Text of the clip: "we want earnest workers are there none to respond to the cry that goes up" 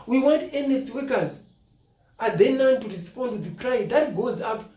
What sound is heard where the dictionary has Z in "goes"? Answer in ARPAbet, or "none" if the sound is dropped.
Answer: Z